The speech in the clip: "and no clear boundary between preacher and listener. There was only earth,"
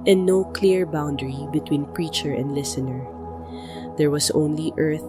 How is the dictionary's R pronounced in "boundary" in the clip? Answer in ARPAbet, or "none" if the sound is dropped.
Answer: R